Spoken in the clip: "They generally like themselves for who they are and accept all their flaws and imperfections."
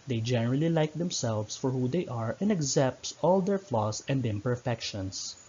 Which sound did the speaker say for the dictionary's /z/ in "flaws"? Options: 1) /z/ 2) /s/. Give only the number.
2